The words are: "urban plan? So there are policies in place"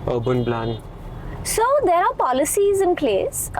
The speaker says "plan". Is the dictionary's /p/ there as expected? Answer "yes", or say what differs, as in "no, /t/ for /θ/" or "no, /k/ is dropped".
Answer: no, /b/ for /p/